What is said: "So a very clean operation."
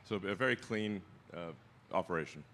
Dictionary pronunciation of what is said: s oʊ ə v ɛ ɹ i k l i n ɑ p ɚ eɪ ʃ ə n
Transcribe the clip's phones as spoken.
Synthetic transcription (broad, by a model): s oʊ ə v ɛ ɹ i k l i n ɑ p ɚ eɪ ʃ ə n